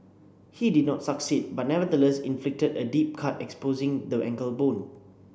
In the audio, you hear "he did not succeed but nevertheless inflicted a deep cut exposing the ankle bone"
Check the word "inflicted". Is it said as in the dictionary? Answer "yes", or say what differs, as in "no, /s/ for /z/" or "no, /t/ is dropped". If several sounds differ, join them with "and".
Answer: yes